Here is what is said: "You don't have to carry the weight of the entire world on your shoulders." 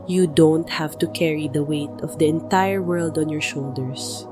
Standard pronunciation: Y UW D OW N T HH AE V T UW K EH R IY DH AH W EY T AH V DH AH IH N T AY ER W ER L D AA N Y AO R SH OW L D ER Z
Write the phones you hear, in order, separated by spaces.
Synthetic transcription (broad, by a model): Y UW D OW N T HH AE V T UW K EH R IY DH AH W EY T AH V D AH IH N T AY ER W ER L D AA N Y AO R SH OW L D ER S